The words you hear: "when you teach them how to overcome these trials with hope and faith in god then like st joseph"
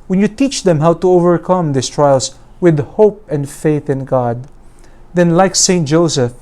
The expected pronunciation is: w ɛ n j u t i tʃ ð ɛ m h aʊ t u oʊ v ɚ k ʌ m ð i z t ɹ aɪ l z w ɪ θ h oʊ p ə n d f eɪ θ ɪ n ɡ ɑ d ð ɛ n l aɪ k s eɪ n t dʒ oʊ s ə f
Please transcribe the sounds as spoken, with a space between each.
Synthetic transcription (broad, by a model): w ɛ n j u t i tʃ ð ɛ m h aʊ t u oʊ v ɚ k ʌ m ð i s t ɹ aɪ l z w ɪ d h oʊ p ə n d f eɪ θ ɪ n ɡ ɑ d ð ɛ n l aɪ k s eɪ n t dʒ oʊ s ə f